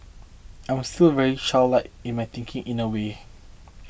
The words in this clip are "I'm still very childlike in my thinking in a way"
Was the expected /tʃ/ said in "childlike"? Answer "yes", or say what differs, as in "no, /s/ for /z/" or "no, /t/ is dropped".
no, /ʃ/ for /tʃ/